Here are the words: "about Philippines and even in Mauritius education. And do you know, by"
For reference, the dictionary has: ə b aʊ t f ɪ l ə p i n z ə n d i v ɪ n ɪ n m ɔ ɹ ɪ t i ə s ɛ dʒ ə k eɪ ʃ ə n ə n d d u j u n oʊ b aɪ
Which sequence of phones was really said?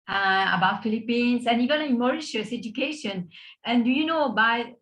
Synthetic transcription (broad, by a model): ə b aʊ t f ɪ l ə p i n s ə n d i v ɪ n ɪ m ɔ ɹ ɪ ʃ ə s ɛ dʒ ə k eɪ ʃ ə n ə n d d u j u n oʊ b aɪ